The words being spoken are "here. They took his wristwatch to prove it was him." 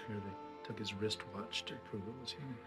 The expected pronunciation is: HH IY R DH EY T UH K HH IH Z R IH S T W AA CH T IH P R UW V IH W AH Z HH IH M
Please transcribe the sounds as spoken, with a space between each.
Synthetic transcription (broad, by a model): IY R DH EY T UH K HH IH Z R IH S T W AA CH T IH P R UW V IH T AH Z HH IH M